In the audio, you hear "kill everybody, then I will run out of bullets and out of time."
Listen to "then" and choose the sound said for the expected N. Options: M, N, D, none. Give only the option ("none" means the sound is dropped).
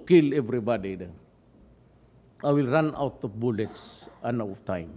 none